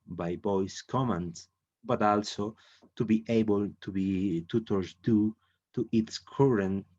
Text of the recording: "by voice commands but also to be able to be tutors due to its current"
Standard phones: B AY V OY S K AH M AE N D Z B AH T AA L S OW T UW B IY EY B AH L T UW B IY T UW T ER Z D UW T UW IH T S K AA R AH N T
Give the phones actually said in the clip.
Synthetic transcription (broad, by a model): B AY B OY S K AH M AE N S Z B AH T AA L S OW T UW B IY EY B AH L T UW B IY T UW T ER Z D UW T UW IH T S K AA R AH N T